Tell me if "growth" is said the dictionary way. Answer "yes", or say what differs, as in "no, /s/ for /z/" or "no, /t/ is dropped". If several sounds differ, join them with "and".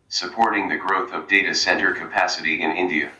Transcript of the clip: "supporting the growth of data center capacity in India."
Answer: yes